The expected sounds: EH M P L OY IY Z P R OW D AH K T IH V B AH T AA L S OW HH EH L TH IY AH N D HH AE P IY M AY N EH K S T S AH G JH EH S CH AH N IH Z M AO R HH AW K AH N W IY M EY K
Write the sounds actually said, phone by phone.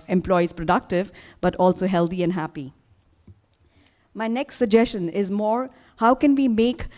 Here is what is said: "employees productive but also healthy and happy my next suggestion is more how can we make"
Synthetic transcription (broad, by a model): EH M P L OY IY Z P R OW D AH K T IH V B AH T AA L S OW HH EH L T IY AH N D HH AE P IY M AY N EH K S T S AH G JH EH S CH AH N IH Z M AO R HH AW K AH N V IY M EY K